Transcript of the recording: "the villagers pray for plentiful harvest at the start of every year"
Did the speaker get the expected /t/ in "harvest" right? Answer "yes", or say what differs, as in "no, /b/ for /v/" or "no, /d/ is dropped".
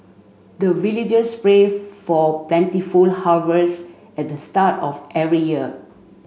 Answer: no, /t/ is dropped